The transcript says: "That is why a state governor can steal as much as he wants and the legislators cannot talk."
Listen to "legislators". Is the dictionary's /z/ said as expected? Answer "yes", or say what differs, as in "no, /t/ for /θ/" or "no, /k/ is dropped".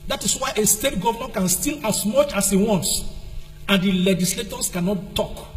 no, /s/ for /z/